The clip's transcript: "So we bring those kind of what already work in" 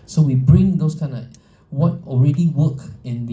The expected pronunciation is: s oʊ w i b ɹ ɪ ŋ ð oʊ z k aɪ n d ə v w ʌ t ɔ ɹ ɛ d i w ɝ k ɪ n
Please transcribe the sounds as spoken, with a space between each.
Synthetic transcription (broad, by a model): s oʊ w i b ɹ ɪ ŋ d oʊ s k aɪ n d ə w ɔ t ɔ ɹ ɛ d i w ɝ k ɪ n